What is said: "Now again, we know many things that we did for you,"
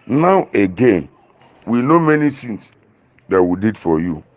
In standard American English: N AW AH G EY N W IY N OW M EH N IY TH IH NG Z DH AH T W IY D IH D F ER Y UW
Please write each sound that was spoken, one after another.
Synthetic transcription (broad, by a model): N AW AH G EY N W IY N OW M EH N IY S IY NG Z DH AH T W IY D IH D F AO Y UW